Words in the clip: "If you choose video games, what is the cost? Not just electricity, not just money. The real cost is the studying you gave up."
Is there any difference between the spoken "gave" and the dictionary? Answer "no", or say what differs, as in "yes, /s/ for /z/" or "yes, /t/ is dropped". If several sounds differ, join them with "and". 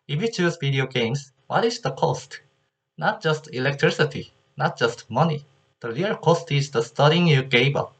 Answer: yes, /b/ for /v/